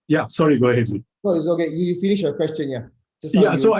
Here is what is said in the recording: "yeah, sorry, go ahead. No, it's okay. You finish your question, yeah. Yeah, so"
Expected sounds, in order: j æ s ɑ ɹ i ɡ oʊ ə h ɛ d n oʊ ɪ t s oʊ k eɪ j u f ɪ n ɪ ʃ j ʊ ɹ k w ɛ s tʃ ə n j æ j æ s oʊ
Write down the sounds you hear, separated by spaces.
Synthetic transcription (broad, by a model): j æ s ɑ ɹ i ɡ oʊ ə h ɛ d l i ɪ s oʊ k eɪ j u f ɪ n ɪ ʃ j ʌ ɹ k w ɛ s tʃ ə n j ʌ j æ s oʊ